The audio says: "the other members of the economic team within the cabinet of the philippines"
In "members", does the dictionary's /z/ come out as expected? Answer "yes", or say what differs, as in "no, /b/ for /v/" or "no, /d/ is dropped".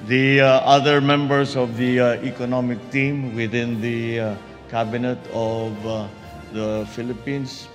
no, /s/ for /z/